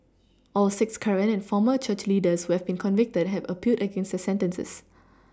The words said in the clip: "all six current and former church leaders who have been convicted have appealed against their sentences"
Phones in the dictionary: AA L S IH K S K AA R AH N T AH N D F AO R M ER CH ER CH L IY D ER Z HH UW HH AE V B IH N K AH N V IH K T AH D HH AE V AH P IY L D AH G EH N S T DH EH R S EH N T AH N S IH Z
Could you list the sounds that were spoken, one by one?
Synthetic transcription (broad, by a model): AA L S IH K S K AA R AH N AH N F AO M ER CH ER CH L IY D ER S HH UW HH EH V B IH N K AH N V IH K T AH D HH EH V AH P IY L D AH G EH N S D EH S EH N T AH N S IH S